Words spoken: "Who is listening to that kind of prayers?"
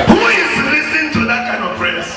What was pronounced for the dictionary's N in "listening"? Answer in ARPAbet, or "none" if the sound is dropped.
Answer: none